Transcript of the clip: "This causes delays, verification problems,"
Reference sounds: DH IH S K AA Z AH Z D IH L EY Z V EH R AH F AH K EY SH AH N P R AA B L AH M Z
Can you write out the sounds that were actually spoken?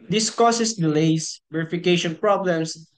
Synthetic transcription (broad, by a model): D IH S K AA S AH S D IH L EY S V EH R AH F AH K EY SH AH N P R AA B L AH M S